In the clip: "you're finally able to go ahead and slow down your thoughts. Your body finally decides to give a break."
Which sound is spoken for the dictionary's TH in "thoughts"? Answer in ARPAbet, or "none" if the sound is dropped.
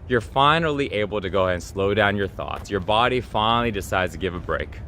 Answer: TH